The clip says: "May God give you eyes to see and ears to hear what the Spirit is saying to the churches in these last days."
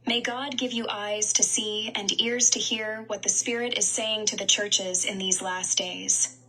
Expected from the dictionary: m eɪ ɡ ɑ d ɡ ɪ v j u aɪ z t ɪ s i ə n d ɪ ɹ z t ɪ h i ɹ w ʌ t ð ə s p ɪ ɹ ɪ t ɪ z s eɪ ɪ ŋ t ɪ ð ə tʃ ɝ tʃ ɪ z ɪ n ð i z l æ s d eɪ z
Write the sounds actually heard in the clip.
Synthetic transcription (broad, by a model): m eɪ ɡ ɑ d ɡ ɪ v j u aɪ z t ɪ s i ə n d ɪ ɹ z t ɪ h i ɹ w ʌ t ð ə s p ɪ ɹ ɪ t ɪ z s eɪ ɪ ŋ t ɪ ð ə tʃ ɝ tʃ ɪ z ɪ n ð i z l æ s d eɪ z